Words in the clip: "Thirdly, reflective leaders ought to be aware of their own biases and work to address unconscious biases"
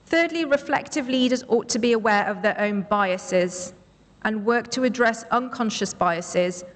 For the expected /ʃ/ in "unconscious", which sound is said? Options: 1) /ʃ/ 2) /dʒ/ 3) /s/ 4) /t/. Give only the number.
1